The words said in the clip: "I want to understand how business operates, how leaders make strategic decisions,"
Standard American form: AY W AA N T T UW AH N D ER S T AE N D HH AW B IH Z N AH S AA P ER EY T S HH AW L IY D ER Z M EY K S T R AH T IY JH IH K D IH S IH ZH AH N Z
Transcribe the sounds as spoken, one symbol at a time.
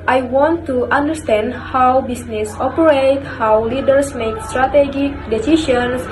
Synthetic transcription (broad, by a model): AY W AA N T T UW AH N D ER S T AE N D HH AW B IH S N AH S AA P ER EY T HH AW L IY D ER S M EY K S T R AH T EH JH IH K D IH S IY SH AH N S